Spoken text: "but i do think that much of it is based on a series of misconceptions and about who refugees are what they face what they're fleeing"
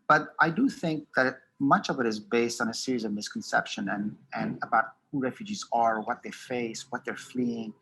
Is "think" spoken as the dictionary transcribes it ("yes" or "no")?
yes